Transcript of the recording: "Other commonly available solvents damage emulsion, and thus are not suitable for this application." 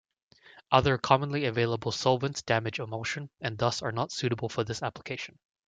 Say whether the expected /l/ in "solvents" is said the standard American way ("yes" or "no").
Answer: yes